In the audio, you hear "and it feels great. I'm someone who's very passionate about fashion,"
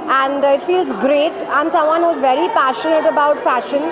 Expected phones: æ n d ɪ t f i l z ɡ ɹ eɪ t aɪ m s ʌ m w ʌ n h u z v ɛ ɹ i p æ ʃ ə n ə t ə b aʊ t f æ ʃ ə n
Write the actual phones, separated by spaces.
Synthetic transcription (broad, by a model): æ n d ɪ t f i l z ɡ ɹ eɪ t aɪ m s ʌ m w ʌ n h u z v ɛ ɹ i p æ ʃ ə n ə t ə b aʊ t f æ ʃ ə n